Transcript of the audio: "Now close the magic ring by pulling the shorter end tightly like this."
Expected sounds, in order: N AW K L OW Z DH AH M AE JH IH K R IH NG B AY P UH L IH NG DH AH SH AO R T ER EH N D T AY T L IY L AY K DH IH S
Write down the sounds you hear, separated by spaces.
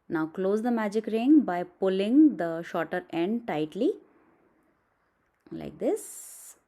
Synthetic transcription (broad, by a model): N AW K L OW Z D AH M AE JH IH K R IH NG B AY P UH L IH NG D AH SH AO R T ER EH N D T AY T L IY L AY K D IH S